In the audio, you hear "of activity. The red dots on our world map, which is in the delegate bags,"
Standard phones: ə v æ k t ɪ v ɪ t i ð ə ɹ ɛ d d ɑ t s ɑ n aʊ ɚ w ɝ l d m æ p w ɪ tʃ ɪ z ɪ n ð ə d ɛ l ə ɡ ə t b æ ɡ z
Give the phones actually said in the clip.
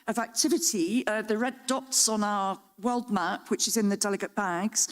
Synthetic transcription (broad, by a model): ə v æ k t ɪ v ɪ t i ð ə ɹ ɛ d d ɑ t s n aʊ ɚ w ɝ l d m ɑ p w ɪ tʃ ɪ z ɪ n ð ə d ɛ l ə ɡ ə t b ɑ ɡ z